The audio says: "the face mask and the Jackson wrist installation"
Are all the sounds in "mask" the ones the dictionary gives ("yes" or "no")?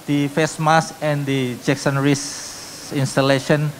no